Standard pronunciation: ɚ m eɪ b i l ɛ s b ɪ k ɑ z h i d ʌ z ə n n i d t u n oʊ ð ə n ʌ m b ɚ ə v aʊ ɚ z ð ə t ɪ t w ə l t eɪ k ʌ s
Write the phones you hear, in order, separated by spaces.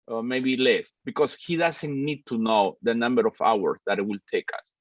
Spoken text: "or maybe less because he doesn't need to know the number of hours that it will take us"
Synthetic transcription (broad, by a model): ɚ m eɪ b i l ɛ s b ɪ k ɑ s h i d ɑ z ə n n i d t u n oʊ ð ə n ʌ m b ɚ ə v aʊ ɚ s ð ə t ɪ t w ə l t eɪ k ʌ s